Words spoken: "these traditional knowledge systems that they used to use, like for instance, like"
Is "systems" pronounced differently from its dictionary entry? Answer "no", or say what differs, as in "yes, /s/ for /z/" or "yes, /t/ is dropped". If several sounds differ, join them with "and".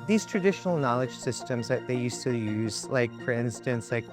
no